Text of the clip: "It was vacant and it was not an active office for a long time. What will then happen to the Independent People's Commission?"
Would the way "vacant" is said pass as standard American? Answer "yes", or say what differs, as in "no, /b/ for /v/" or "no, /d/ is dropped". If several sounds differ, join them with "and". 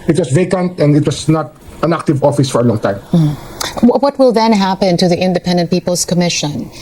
yes